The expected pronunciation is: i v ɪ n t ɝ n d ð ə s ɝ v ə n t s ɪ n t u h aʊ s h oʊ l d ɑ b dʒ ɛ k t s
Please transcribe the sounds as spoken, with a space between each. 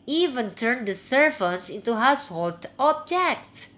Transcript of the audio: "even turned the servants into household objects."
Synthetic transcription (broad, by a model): i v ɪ n t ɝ n d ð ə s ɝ f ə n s ɪ n t u h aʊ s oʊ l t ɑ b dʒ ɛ k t s